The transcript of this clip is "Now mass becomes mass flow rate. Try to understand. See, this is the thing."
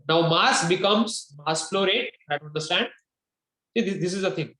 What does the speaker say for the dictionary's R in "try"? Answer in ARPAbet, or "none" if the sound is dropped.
none